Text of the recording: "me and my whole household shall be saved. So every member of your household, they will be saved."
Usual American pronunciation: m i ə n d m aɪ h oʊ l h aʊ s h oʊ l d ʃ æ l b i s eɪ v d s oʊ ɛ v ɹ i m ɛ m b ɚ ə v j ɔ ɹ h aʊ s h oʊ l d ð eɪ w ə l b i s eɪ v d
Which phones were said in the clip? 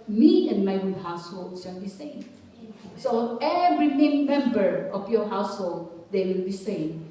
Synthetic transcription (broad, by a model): m i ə n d m aɪ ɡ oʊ h aʊ s h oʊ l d s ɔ n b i s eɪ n s oʊ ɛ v ɹ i m ɛ m b ɚ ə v j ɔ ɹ h aʊ s h oʊ l d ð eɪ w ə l b i s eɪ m